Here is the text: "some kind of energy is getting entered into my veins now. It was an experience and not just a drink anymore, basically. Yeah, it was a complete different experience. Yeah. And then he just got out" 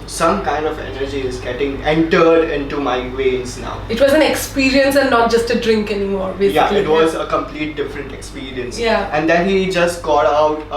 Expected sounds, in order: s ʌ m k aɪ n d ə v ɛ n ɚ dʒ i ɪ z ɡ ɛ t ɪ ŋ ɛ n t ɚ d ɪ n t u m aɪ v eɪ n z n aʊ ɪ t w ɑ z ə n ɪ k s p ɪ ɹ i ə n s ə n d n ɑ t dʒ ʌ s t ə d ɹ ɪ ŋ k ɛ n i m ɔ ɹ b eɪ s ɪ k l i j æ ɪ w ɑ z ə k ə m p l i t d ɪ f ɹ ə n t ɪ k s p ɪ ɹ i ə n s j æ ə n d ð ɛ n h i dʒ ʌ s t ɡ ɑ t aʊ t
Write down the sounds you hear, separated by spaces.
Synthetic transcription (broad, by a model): s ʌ m k aɪ n d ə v ɛ n ɚ dʒ i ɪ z ɡ ɛ t ɪ ŋ ɛ n t ɚ d ɪ n t u m aɪ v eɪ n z n aʊ ɪ t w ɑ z ə n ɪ k s p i ɹ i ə n s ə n n ɑ t dʒ ʌ s t ə d ɹ ɪ ŋ k ɛ n i m ɔ ɹ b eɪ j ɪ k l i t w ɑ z ə k ə m p l i t d ɪ f ɹ ə n t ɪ k s p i ɹ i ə n s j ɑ ə n d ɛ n h i dʒ ʌ s t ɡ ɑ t aʊ t